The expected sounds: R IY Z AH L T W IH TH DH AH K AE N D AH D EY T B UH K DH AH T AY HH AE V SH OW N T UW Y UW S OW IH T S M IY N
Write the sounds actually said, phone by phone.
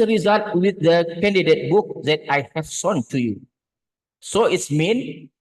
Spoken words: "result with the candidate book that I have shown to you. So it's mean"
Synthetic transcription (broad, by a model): R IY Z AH L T W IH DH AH K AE N D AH D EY T B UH K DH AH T AY HH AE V S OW N T UW Y UW S OW IH T S M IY N